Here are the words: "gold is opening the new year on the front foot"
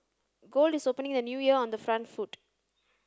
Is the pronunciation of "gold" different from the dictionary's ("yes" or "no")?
no